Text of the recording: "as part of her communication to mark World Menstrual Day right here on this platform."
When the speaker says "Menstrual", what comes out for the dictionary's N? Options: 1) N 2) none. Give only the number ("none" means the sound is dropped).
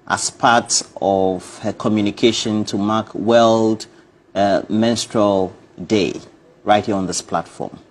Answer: 1